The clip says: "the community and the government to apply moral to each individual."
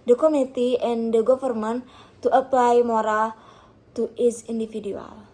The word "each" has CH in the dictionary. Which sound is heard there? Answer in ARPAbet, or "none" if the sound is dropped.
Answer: S